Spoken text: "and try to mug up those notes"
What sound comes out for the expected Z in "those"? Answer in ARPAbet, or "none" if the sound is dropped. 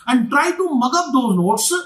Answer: none